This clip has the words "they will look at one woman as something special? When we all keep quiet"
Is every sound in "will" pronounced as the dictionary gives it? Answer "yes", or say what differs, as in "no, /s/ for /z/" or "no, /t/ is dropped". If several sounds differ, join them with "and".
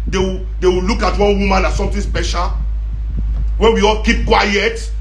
no, /w/ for /l/